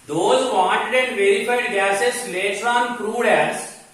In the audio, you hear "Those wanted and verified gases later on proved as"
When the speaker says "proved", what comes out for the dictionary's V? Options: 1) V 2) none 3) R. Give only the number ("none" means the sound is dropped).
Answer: 2